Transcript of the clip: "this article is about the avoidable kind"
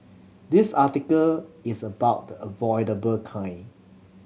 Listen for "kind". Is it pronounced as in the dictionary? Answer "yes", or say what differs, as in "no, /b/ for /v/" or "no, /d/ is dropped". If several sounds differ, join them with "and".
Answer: no, /d/ is dropped